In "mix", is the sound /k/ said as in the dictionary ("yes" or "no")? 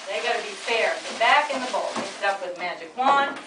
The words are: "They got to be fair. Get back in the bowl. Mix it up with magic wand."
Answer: no